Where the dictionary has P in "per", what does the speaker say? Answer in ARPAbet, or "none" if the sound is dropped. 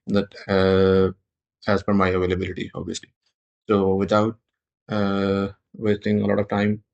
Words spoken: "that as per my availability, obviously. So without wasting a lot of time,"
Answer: F